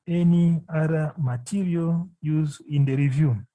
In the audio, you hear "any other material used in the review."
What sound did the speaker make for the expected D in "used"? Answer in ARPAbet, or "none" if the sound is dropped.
none